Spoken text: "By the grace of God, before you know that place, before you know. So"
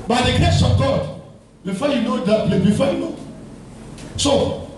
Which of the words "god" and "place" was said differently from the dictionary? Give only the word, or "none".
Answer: place